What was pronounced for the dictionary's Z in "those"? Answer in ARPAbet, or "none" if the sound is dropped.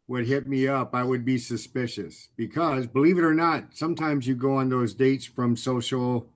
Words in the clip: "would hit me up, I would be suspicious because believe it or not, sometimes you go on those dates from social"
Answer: Z